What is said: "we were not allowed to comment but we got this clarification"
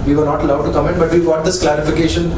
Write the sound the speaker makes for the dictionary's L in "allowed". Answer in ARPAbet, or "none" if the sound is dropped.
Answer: L